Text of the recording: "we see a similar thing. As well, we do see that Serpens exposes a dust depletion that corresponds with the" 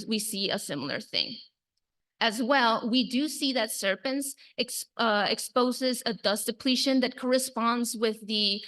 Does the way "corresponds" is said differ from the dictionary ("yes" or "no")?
no